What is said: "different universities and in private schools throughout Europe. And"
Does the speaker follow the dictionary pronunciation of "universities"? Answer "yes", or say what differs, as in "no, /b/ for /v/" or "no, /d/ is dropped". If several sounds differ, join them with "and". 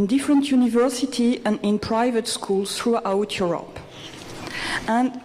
no, /z/ is dropped